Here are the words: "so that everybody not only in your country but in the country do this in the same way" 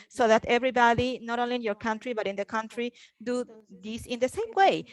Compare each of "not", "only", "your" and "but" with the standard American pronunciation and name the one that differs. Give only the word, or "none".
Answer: only